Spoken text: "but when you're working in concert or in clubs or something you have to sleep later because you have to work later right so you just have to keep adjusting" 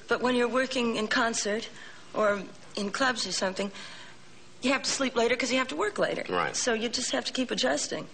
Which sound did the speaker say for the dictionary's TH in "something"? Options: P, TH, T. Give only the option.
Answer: TH